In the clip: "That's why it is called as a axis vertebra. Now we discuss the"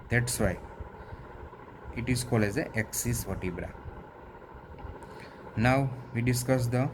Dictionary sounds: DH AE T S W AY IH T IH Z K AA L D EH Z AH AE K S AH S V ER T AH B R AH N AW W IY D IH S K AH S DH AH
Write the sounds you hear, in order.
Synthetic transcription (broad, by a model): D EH T S W AY IH T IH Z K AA L EH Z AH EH K S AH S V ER T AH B R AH N AW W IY D IH S K AH S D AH